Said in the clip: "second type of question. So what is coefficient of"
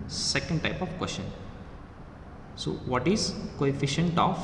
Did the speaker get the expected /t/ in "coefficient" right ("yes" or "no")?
yes